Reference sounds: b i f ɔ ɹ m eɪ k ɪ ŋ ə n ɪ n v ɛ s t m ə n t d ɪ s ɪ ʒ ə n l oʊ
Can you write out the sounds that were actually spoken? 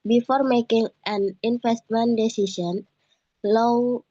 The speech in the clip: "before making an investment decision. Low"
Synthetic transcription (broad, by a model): b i f ɔ ɹ m eɪ k ɪ ŋ ə n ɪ n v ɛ s t m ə n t d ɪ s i s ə n l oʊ